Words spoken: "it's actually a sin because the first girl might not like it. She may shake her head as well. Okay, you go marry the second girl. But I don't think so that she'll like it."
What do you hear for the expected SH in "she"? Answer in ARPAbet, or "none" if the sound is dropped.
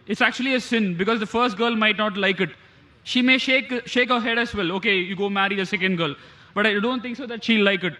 SH